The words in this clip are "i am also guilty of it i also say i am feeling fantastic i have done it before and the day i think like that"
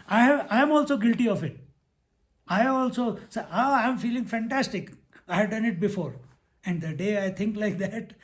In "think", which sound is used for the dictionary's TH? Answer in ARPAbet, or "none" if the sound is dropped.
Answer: T